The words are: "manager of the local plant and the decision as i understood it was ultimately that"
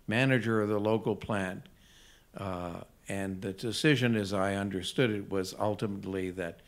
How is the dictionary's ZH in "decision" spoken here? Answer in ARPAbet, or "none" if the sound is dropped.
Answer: ZH